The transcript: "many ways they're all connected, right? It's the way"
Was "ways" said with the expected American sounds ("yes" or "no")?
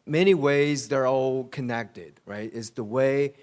yes